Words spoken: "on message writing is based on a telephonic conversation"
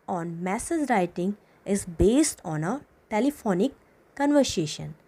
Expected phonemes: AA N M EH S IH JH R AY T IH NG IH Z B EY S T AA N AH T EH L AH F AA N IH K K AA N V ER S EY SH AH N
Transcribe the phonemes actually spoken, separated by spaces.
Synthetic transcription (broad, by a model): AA N M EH S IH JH R AY T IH NG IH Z B EY S T AA N AH T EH L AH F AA N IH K K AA N V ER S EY SH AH N